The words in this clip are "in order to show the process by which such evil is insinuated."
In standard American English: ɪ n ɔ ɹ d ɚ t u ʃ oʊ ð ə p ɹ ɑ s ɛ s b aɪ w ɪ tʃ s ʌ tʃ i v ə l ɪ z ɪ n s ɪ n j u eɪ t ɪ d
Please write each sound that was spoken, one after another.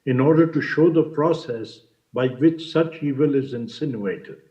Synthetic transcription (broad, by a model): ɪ n ɔ ɹ d ɚ t u ʃ oʊ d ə p ɹ ɑ s ɛ s b aɪ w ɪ tʃ s ʌ tʃ i v ə l ɪ z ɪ n s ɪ n j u eɪ t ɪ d